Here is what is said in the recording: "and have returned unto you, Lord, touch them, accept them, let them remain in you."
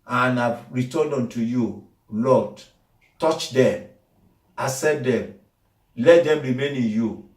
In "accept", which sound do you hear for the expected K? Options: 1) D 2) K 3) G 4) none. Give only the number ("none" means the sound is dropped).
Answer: 4